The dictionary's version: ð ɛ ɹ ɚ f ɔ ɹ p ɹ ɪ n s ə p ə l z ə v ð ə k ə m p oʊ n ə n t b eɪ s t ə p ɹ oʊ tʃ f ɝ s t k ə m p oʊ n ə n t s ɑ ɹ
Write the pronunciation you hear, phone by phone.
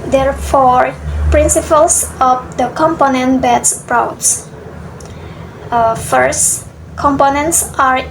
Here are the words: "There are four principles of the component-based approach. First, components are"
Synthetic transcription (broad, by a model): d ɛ ɹ f ɔ ɹ p ɹ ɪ n s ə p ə l s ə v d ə k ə m p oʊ n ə n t b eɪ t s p ɹ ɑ s f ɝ s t k ə m p oʊ n ə n t s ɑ ɹ